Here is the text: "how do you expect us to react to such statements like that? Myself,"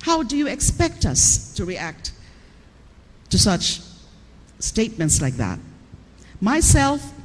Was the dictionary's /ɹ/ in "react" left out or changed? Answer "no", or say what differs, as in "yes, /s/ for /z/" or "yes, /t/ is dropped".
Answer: no